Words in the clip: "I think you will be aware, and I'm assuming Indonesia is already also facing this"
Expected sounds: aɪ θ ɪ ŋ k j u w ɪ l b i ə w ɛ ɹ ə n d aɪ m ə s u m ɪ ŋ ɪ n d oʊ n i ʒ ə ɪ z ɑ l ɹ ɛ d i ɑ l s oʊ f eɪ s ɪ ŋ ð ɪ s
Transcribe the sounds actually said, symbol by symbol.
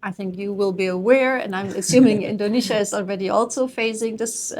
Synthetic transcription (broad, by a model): aɪ θ ɪ ŋ k j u w ɪ l b i ə w ɛ ɹ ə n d aɪ m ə s u m ɪ ŋ ɪ n d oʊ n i ʃ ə ɪ z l ɹ ɛ d i ɑ l s oʊ f eɪ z ɪ ŋ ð ɪ s